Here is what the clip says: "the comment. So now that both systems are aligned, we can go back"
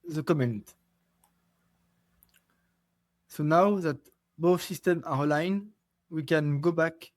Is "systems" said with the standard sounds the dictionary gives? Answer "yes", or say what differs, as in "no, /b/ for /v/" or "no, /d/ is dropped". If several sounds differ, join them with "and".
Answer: no, /z/ is dropped